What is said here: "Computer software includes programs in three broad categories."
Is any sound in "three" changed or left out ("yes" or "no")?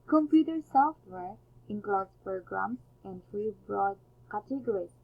yes